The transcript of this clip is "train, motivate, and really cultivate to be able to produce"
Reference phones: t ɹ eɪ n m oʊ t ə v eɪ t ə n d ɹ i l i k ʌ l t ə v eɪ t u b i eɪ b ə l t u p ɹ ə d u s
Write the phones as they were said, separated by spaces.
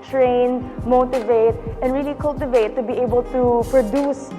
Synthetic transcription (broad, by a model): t ɹ eɪ n m oʊ t ə v eɪ t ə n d ɹ i l i k ʌ l t ə v eɪ t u b i eɪ b ə l t u p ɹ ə d u s